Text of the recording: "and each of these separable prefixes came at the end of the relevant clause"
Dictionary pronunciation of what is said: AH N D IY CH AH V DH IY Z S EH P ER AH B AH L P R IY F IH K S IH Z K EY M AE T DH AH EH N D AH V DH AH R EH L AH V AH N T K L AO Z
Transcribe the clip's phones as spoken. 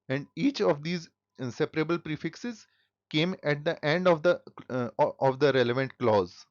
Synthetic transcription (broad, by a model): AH N D IY CH AH V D IY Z S EH P ER AH B AH L P R IY F IH K S IH Z K EY M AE T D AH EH N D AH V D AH R EH L AH V AH N T K L AO Z